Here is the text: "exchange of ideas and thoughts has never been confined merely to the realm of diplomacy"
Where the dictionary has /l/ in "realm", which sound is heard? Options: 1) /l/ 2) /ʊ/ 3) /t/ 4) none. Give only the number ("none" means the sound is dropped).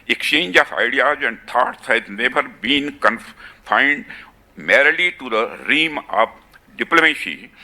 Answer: 4